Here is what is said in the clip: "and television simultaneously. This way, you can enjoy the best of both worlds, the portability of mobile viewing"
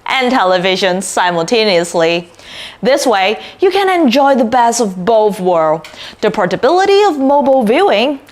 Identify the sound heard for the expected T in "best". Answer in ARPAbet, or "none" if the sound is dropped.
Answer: none